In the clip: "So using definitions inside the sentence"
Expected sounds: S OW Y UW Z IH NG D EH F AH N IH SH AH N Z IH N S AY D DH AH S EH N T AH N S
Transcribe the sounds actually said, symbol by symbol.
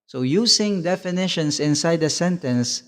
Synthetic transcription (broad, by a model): S OW Y UW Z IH NG D EH F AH N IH SH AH N S IH N S AY D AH S EH N T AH N S